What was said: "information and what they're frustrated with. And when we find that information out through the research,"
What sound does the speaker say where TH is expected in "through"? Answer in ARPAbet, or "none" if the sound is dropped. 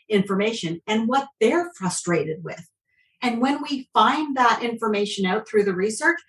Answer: TH